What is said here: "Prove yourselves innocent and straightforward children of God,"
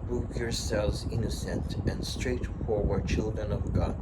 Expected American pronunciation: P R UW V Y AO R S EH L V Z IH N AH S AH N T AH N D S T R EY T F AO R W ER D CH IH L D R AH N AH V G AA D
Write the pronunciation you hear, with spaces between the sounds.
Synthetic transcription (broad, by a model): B R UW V Y AO R S EH L V Z IH N AH S AH N T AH N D S T R EY T F AO R W ER D CH IH L D R AH N AH V G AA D